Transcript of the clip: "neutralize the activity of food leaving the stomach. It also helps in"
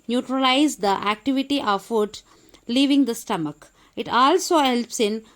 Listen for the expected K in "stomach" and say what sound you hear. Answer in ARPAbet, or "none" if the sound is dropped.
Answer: K